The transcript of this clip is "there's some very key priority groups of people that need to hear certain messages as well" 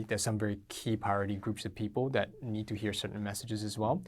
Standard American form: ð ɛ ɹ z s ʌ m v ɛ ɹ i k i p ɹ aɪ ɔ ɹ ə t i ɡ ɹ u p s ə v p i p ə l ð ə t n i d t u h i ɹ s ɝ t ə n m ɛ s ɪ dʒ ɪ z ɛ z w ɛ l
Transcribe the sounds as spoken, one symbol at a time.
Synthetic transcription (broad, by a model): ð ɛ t s ʌ m v ɛ ɹ i k i p aɪ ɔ ɹ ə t i ɡ ɹ u p s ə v p i p ə l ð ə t n i d t u h i ɹ s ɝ t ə n m ɛ s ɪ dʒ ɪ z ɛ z w ɛ l